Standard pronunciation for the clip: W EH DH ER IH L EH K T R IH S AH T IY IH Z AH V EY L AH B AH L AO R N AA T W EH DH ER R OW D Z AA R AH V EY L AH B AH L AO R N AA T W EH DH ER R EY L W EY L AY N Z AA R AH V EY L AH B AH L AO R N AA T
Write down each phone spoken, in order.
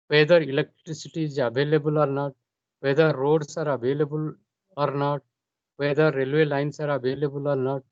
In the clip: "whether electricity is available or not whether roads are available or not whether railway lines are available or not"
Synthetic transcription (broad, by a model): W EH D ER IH L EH K T R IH S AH T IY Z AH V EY L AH B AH L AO R N AA T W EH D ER R OW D S AA R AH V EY L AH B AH L AO R N AA T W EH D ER R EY L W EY L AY N S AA R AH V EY L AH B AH L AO R N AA T